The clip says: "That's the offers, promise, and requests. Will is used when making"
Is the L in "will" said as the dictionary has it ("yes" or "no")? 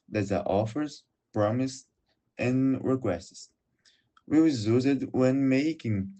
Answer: no